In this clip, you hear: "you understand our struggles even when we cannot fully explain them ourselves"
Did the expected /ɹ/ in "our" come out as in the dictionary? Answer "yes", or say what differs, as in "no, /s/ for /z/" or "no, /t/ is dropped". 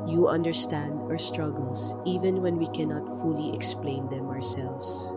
yes